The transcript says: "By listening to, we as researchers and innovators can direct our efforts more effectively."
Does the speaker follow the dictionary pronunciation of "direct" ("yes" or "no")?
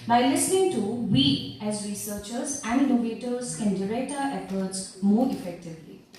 no